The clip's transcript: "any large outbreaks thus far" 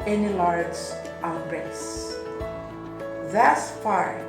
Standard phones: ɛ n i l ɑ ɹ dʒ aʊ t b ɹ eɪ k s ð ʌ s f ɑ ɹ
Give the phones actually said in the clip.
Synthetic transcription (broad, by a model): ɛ n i l ɑ ɹ dʒ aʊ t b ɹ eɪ s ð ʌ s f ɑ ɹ